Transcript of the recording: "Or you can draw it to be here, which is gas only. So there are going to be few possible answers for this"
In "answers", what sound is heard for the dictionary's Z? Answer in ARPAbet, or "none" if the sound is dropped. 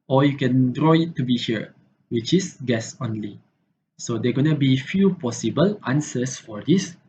S